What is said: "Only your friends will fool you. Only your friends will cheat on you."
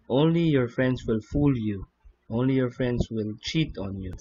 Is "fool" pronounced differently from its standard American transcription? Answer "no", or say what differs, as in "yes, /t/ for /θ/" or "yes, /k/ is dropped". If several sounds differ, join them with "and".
no